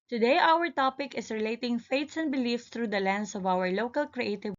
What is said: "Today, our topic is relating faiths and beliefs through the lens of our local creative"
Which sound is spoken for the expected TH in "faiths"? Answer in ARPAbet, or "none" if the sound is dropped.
T